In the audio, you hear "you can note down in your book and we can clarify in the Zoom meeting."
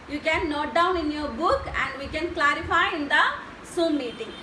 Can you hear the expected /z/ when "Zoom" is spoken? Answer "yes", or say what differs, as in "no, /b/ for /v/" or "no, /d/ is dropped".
no, /s/ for /z/